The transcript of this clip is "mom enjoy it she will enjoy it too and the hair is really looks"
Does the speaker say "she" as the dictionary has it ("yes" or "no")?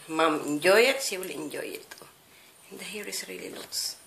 no